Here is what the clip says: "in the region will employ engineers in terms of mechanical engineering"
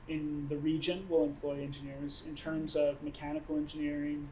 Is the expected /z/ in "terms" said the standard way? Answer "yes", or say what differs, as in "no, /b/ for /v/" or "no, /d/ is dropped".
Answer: yes